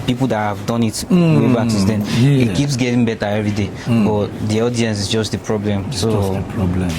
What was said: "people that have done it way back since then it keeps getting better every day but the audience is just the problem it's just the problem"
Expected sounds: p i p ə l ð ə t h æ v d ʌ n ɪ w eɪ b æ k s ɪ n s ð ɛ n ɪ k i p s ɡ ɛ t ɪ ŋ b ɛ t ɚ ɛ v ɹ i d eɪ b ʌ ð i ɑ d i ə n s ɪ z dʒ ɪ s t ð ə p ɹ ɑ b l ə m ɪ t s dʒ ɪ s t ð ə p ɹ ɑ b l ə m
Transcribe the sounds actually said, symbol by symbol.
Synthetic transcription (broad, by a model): p i p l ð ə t h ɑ v d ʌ n ɪ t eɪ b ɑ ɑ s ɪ s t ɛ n ɪ k i p s ɡ ɛ t ɪ ŋ b ɛ t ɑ ɛ v ɹ i d eɪ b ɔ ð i ɑ d i ə n s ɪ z dʒ ɪ s t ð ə p ɹ ɑ b l ə m s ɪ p ɹ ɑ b l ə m